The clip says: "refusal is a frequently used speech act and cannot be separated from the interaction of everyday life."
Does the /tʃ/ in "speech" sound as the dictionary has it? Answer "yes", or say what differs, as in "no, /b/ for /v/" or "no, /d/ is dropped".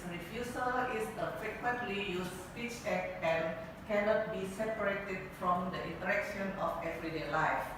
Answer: yes